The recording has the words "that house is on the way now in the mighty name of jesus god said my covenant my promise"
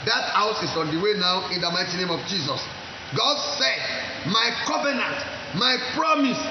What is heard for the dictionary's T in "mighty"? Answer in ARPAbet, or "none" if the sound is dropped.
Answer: T